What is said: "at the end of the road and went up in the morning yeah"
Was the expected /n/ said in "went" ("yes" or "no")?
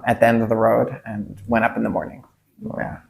no